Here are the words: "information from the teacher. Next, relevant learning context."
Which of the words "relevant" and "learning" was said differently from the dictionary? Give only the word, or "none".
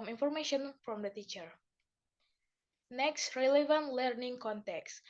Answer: none